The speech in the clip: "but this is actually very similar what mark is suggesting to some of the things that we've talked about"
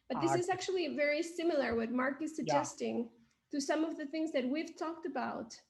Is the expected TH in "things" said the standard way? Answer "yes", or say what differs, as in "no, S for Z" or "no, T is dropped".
yes